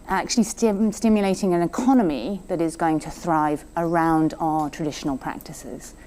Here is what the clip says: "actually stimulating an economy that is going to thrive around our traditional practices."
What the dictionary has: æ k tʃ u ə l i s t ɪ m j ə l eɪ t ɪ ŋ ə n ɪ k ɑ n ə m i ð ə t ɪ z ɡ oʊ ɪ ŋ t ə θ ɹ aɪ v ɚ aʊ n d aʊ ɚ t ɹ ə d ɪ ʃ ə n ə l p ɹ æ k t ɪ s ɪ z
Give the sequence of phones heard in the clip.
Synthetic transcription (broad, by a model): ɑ k tʃ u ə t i s t ɪ m j ə l eɪ t ɪ ŋ ə n ɪ k ɑ n ə m i ð ə t ɪ z ɡ oʊ ɪ ŋ t ə θ ɹ aɪ v ɚ aʊ n d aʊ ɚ t ɹ ə d ɪ ʃ ə n ə l p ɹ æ k t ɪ s ɪ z